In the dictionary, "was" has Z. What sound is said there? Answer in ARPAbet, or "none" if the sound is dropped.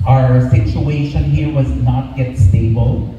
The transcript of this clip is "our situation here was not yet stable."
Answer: Z